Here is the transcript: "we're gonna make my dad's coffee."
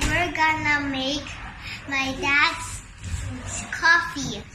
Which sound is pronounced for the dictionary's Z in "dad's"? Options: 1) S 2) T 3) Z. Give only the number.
1